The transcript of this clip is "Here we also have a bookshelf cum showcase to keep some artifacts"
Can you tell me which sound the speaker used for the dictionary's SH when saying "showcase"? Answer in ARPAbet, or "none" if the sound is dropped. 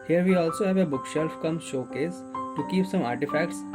SH